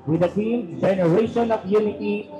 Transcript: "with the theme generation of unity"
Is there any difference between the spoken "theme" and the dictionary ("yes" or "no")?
yes